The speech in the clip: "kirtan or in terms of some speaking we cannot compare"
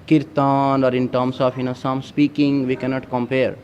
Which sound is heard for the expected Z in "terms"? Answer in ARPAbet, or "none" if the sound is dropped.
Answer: S